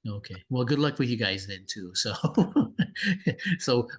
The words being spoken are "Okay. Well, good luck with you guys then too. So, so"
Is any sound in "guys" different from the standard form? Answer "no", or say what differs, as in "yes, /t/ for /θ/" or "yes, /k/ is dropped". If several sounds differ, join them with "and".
no